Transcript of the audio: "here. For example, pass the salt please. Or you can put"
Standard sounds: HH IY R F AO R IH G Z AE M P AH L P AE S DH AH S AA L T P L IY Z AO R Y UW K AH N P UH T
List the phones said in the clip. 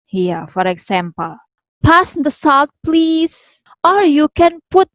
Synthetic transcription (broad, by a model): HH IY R F AO R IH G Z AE M P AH L P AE S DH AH S AA L T P L IY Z AO R Y UW K AH N P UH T